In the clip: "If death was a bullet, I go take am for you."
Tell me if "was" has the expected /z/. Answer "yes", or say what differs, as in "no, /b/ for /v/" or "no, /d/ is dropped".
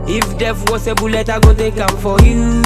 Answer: no, /s/ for /z/